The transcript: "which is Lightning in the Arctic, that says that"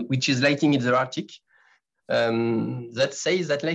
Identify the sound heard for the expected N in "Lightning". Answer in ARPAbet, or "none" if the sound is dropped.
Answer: none